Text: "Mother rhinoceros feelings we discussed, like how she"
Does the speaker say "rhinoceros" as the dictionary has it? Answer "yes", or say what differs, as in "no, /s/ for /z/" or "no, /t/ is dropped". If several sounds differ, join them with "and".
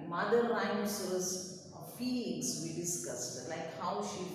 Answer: no, /l/ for /ɹ/